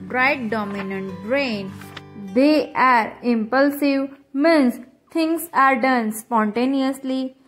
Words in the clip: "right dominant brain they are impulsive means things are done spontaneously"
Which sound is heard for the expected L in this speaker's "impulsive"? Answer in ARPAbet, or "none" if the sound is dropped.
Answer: L